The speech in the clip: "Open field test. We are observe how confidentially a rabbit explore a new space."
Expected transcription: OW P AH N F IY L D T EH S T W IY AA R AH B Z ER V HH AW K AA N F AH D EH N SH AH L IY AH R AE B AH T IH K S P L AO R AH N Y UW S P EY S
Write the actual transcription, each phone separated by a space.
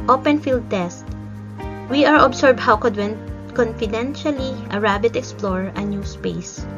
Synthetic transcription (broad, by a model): OW P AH N F IY L D T EH S T W IY AA R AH B S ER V HH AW K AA N F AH D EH N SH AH L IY AH R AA B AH T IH K S P L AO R AH N Y UW S P EY S